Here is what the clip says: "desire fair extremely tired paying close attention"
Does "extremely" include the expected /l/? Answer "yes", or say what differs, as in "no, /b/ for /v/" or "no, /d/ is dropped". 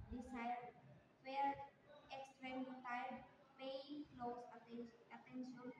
no, /l/ is dropped